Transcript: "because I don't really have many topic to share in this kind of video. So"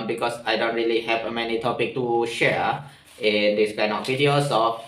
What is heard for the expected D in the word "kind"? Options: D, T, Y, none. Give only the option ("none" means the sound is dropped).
none